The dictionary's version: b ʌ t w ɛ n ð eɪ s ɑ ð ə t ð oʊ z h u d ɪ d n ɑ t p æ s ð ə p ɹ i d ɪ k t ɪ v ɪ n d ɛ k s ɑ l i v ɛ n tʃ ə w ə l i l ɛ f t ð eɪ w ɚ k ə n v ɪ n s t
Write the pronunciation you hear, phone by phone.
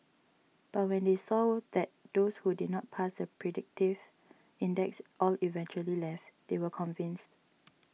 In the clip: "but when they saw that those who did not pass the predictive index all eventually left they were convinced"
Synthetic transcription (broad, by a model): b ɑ t w ɛ n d eɪ s ɑ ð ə t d oʊ s h u d ɪ d n ɑ t p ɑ s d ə p ɹ i d ɪ k t ɪ v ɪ n d ɛ k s ɑ l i v ɛ n tʃ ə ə l i l ɛ f t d eɪ w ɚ k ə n v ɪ n s t